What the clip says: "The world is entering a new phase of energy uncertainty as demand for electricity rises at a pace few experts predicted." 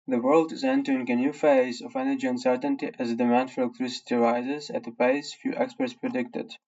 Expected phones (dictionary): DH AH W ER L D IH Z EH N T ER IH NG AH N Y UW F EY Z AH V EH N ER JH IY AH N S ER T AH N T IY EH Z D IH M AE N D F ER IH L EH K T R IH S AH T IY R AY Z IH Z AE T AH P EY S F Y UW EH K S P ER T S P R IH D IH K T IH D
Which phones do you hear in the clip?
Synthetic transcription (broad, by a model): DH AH W ER L D IH Z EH N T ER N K AH N Y UW F EY Z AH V EH N ER JH IY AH N S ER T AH N T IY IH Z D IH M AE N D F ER IH L EH K T R IH S AH T IY R AY Z IH Z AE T AH P EY S F Y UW EH K S P ER T S P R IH D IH K T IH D